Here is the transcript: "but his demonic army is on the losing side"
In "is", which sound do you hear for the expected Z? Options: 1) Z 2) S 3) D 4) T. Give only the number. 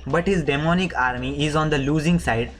1